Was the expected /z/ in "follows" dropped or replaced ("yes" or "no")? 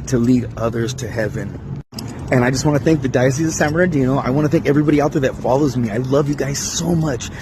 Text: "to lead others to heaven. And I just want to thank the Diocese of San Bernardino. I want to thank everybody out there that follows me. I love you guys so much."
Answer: no